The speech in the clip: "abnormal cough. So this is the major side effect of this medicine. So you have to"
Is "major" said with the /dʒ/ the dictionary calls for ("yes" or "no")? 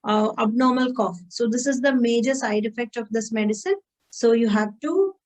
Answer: yes